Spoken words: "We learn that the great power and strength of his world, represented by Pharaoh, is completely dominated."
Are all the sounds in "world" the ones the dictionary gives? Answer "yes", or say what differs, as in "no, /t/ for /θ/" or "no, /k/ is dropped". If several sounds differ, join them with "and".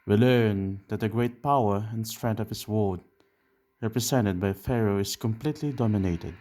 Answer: no, /l/ is dropped